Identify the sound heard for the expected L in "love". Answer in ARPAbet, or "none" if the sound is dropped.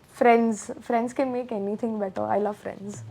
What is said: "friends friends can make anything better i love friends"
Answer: L